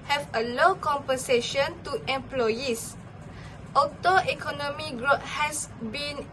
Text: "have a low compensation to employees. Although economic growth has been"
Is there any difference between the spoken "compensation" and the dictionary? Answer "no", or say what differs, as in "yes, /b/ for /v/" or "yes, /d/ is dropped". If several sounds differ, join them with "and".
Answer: no